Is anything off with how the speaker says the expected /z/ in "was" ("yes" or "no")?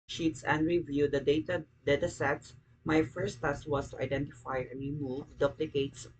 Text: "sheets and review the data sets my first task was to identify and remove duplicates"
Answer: yes